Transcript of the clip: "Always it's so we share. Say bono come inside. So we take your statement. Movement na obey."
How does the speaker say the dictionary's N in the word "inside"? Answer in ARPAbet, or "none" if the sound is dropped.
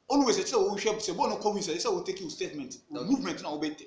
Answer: none